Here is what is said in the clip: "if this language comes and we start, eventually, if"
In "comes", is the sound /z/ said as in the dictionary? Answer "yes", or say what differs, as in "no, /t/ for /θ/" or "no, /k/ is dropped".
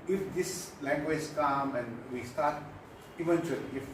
no, /z/ is dropped